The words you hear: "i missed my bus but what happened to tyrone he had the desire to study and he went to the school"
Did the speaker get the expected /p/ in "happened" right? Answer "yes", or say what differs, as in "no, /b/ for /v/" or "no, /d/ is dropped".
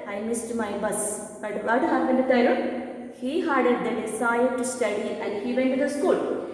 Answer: no, /p/ is dropped